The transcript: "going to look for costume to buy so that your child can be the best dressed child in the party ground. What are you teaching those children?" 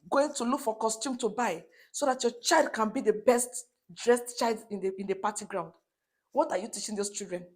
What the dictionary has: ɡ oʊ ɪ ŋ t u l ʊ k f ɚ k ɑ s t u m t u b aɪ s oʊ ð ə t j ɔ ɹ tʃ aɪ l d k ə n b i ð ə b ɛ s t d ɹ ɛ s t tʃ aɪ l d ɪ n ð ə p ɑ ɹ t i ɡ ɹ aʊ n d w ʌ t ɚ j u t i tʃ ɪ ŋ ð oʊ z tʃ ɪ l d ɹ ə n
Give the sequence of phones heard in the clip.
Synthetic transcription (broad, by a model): ɡ oʊ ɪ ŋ t u l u k f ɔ k ɑ s t u m t u b aɪ s oʊ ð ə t j ɔ tʃ aɪ l d k ə n b i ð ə b ɛ s t d ɹ ɛ s t tʃ aɪ l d ɪ n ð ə p ɑ t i ɡ ɹ aʊ n d w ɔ t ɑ j u t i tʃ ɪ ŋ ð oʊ s tʃ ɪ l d ɹ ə n